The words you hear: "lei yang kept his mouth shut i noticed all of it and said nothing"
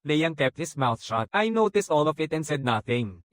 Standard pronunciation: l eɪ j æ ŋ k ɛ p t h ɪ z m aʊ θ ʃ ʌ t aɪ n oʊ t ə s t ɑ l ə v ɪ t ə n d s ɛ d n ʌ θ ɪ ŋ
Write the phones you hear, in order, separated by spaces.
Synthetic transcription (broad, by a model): l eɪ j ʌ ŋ k ɛ p t h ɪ s m aʊ θ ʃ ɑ t aɪ n oʊ t ə s t ɑ l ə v ɪ t ə n d s ɛ d n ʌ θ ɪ ŋ